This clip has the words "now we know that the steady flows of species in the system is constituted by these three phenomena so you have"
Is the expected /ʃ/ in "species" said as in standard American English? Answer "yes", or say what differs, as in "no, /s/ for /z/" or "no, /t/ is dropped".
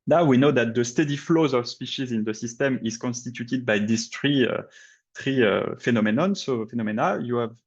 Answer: yes